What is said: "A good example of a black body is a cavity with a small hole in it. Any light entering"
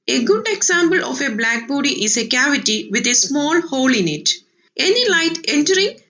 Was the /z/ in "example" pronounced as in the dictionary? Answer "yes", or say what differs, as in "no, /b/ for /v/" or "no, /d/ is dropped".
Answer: no, /s/ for /z/